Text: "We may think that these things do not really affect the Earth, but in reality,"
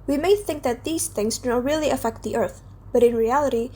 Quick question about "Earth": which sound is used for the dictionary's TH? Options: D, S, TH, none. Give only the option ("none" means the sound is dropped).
TH